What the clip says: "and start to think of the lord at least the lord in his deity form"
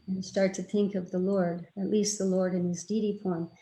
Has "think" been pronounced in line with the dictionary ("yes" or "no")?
yes